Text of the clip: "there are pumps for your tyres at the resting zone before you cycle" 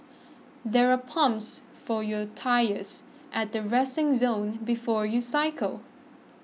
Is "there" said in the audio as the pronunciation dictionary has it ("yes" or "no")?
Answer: yes